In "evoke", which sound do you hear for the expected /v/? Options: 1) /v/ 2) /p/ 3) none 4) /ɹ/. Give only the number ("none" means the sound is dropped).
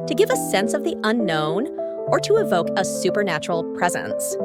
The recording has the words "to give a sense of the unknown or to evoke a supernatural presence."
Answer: 1